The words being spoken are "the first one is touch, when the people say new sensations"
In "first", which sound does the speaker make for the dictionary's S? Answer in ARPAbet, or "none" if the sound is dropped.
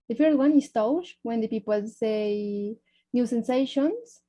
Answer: none